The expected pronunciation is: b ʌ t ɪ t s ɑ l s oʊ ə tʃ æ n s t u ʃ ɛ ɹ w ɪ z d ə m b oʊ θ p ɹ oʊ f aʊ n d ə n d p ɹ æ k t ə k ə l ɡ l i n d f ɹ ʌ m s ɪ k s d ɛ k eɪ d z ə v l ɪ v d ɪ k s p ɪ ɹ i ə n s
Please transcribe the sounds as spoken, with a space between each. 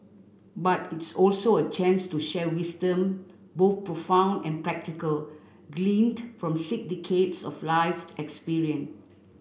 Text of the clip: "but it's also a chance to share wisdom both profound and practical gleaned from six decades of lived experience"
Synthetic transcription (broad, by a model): b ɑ t ɪ t s ɑ l s oʊ ə tʃ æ n s t u ʃ ɛ w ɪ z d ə m b oʊ θ p ɹ oʊ f aʊ n d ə n p ɹ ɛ k t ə k ə l ɡ l i n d f ɹ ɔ m s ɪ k d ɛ k eɪ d s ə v l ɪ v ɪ k s p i ɹ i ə n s